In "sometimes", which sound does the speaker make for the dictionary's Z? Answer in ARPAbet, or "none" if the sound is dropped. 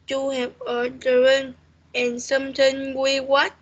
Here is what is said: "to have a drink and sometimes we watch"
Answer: none